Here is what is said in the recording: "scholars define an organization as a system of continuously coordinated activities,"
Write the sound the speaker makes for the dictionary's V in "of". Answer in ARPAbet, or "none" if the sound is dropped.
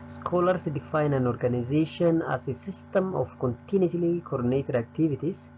F